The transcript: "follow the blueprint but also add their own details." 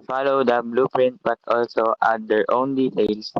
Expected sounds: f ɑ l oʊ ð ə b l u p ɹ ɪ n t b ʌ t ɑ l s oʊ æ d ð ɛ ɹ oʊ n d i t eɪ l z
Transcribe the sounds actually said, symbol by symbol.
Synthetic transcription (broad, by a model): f ɑ l oʊ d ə b l u p ɹ ɪ n t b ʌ t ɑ l s oʊ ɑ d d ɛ ɹ oʊ n d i t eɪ l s